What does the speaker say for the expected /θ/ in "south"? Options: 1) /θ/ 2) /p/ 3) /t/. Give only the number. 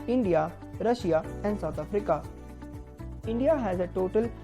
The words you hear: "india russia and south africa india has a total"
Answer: 3